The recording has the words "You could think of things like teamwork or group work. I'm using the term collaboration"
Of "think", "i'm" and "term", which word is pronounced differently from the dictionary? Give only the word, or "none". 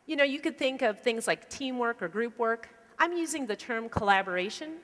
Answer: none